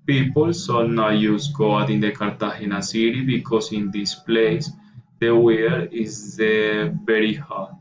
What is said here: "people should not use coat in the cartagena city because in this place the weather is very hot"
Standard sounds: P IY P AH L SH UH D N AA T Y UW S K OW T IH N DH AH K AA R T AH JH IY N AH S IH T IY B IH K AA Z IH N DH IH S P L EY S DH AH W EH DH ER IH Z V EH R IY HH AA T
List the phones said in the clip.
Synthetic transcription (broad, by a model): P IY P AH L S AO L N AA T Y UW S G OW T IH N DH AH K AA R T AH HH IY N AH S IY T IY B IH K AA S IH N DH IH S P L EY S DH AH W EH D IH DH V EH R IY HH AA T